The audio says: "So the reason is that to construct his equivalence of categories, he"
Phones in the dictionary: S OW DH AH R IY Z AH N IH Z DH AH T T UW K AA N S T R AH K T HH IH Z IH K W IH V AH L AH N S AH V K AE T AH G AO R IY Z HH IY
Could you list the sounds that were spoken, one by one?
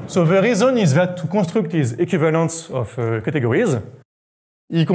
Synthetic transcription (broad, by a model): S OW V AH R IY Z AH N IH Z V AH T T UW K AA S T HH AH K T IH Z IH K W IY V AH L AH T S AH F K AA T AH G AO R IY Z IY